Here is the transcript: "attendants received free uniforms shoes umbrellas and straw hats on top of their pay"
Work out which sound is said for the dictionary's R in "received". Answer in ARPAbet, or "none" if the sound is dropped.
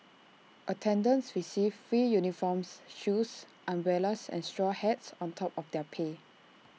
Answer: W